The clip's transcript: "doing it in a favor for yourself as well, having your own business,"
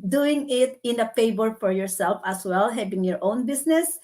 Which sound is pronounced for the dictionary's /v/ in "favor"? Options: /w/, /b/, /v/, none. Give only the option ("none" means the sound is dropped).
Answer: /b/